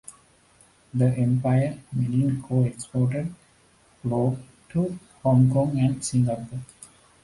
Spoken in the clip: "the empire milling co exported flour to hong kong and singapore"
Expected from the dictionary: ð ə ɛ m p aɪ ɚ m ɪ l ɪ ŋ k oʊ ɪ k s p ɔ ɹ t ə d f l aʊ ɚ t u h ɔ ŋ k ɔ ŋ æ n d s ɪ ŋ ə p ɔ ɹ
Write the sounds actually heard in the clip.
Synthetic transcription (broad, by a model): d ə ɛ m p aɪ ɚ m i n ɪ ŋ k oʊ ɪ k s p ɔ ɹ t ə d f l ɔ t u h ɔ ŋ k ɔ ŋ æ n d s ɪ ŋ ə p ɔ